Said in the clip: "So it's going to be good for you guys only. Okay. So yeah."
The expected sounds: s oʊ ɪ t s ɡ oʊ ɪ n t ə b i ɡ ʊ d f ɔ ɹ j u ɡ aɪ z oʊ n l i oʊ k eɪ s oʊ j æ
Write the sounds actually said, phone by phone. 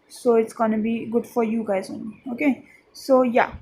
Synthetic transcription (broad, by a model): s oʊ ɪ t s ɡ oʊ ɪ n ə b i ɡ ʊ d f ɔ ɹ j u ɡ aɪ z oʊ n i oʊ k eɪ s oʊ j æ